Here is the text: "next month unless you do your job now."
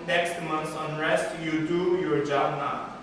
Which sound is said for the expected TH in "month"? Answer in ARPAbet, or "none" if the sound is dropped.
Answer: S